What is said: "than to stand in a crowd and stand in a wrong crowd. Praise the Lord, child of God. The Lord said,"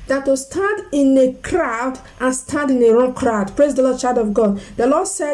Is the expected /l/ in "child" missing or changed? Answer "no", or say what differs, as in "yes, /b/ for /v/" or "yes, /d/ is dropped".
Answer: yes, /l/ is dropped